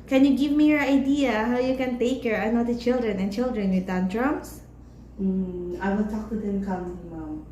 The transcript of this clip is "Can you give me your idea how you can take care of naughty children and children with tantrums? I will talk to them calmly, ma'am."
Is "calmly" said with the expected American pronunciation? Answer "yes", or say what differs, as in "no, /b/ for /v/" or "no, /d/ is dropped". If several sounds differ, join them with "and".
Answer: no, /l/ is dropped